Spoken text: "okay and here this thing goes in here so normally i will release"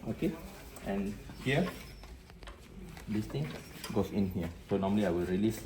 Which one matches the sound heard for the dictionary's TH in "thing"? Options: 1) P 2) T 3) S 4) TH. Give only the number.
2